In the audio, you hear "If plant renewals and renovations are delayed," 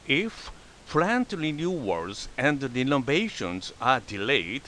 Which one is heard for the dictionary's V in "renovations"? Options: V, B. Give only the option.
B